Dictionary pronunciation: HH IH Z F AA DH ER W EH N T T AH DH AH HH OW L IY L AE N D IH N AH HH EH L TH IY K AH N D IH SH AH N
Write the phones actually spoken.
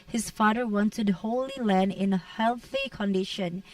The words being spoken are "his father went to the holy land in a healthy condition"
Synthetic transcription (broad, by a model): HH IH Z F AA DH ER W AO N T T AH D HH OW L IY L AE N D IH N AH HH EH L TH IY K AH N D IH SH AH N